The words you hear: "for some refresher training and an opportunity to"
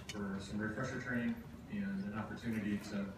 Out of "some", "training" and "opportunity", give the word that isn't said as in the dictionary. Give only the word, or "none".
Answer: training